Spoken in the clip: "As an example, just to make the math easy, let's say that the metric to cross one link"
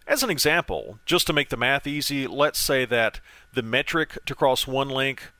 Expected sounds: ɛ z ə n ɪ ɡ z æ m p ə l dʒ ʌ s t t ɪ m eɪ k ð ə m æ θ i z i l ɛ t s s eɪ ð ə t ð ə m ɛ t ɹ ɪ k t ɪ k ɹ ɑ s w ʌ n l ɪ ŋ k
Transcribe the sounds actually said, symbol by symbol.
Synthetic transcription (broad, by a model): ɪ z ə n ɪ ɡ z æ m p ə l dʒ ʌ s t t ɪ m eɪ k ð ə m æ θ i z i l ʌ t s s eɪ ð ə t ð ə m ɛ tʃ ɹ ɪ k t ɪ k ɹ ɑ s w ʌ n l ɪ ŋ k